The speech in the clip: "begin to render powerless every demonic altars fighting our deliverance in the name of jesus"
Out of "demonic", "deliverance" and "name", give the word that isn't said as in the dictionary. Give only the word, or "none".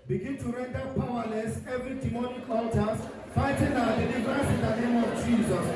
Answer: deliverance